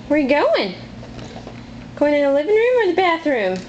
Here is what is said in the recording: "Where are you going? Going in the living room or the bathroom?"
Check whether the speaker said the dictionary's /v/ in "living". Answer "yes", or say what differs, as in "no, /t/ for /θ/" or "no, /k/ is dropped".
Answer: yes